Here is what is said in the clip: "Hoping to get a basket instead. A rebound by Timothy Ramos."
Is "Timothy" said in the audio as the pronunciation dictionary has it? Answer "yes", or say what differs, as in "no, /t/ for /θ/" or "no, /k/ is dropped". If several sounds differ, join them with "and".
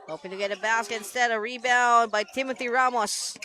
yes